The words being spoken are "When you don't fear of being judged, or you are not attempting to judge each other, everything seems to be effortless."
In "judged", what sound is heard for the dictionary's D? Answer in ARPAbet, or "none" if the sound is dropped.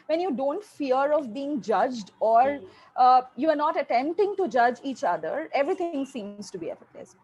D